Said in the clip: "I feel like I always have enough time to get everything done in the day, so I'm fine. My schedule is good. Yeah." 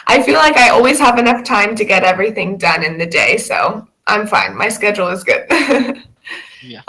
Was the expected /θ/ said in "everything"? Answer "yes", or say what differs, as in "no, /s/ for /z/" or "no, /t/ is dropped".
yes